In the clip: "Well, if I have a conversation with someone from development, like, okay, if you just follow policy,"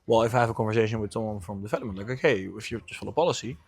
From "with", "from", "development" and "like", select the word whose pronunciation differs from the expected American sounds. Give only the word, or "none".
development